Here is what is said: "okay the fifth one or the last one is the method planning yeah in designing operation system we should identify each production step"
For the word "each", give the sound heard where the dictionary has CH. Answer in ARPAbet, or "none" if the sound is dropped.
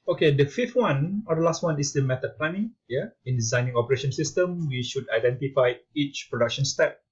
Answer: CH